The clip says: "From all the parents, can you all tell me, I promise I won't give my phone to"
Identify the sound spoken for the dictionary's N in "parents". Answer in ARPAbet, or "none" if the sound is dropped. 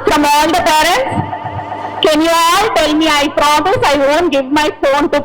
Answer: N